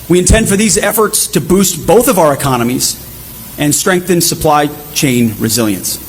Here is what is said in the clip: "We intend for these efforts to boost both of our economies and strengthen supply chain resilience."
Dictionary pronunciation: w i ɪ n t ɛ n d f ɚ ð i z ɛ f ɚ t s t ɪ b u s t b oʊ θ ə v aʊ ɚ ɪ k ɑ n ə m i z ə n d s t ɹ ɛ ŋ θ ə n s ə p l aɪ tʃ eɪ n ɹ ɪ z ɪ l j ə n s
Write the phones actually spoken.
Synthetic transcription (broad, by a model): w i ɪ n t ɛ n d f ɚ ð i z ɛ f ɚ t s t ɪ b u s t b oʊ θ ə v aʊ ɚ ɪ k ɑ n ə m i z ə n s t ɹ ɛ ŋ θ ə n s ə p l aɪ tʃ eɪ n ɹ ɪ z ɪ l j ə n s